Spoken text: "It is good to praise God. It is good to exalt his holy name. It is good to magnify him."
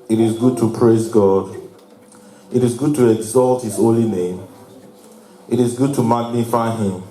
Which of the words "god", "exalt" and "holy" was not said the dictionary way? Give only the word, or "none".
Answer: none